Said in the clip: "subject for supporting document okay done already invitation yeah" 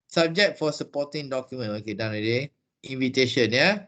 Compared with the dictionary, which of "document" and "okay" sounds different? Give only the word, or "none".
document